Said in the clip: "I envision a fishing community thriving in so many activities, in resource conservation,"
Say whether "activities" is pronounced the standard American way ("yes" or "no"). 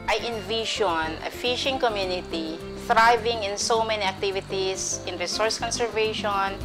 no